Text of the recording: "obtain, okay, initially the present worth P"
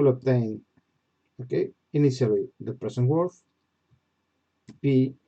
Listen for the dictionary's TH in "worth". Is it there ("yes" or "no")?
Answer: no